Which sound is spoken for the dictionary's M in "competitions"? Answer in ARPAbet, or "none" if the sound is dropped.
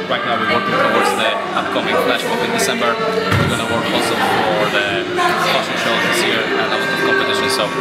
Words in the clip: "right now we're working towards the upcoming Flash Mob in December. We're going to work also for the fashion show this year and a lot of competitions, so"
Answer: none